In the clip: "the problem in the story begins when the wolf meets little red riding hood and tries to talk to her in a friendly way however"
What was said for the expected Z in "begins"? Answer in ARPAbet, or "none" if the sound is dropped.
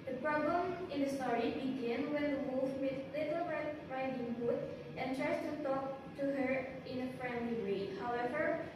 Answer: none